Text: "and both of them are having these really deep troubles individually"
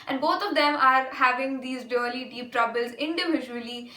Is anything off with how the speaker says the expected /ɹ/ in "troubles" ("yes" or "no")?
no